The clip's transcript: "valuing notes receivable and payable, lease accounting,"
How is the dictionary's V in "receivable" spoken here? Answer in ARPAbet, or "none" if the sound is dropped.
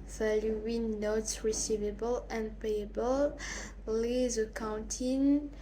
V